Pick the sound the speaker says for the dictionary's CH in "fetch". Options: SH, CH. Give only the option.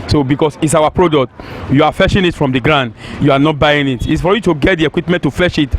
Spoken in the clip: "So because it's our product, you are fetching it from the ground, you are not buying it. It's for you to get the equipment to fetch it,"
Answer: SH